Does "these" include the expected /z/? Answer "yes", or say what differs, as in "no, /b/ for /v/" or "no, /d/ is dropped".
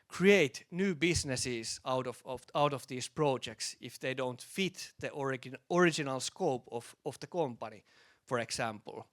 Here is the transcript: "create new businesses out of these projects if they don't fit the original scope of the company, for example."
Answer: no, /s/ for /z/